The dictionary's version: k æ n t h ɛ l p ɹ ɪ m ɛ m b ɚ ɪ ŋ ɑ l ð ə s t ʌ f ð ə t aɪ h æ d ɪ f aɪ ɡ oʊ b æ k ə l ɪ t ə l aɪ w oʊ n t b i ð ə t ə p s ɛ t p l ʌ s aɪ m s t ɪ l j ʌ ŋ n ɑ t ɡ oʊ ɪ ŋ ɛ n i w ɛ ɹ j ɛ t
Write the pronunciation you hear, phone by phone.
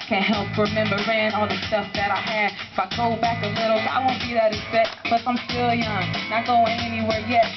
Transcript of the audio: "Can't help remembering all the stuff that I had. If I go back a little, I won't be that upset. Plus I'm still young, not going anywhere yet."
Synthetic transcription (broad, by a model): k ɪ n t h ɛ l p ɹ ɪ m ɛ m b ɚ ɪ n ɑ l ð ə s t ʌ f ð ə t aɪ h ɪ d ɪ f aɪ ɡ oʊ b æ k ə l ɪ t l aɪ w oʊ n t b i ð ə t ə s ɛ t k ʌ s aɪ m s t ɪ l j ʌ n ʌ t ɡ oʊ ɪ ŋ ɛ n i w ɛ ɹ j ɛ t